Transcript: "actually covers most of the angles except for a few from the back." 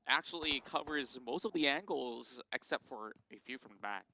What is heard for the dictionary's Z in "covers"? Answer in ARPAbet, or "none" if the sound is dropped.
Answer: Z